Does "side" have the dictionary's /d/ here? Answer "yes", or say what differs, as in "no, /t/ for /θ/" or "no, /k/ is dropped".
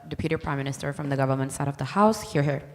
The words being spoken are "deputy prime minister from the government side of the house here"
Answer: yes